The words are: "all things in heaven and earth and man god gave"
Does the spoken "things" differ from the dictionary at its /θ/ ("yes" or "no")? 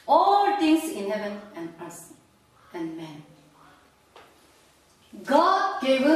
yes